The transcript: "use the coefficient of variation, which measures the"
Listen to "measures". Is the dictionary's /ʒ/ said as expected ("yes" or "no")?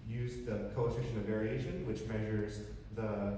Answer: yes